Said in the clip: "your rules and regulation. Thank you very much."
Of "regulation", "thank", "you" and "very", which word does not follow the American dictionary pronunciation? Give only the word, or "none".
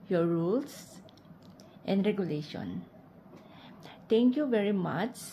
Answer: thank